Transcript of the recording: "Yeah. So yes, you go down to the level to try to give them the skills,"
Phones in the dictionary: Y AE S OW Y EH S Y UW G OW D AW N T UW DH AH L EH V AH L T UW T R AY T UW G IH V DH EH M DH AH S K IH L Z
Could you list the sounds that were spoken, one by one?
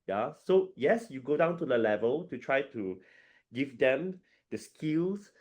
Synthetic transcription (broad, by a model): Y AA S OW Y EH S Y UW G OW D AW N T UW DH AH L EH V AH L T UW T R AY T UW G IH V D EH M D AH S K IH L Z